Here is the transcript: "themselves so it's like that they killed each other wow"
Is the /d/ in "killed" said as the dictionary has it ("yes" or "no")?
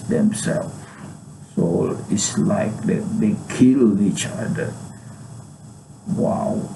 no